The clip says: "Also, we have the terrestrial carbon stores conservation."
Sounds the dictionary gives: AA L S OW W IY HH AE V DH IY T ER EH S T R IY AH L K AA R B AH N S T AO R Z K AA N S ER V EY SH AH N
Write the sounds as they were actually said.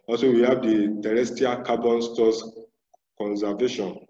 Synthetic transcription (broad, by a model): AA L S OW W IY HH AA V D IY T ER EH S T IY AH K AA B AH N S T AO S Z K AA N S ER V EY SH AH N